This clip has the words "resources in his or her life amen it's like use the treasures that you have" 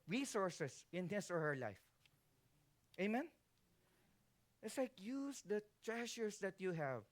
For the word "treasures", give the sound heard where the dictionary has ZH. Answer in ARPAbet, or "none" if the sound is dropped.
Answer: SH